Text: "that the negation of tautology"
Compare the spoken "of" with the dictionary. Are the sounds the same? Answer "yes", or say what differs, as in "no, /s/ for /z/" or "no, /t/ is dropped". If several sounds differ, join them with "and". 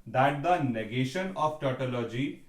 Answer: no, /p/ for /v/